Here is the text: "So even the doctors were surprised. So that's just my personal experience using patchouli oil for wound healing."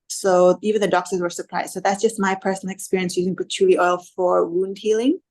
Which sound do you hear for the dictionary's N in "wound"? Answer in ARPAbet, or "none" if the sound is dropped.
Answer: N